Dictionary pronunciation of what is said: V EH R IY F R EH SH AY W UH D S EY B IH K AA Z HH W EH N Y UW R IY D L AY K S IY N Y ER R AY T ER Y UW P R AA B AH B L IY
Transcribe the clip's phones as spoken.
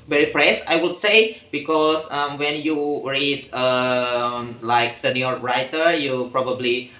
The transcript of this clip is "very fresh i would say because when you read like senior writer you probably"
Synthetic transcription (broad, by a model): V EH R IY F R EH S AY W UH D S EY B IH K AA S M W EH N Y UW R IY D L AY K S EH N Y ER R AY T ER Y UW P R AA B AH B L IY